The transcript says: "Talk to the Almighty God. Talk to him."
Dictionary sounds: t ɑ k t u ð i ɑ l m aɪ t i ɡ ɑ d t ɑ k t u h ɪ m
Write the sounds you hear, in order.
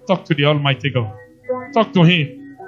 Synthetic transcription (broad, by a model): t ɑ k t u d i ɑ l m aɪ t i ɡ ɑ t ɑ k t u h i